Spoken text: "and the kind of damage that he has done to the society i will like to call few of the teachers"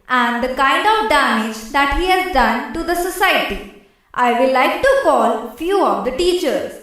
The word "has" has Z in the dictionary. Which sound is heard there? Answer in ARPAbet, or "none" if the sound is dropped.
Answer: Z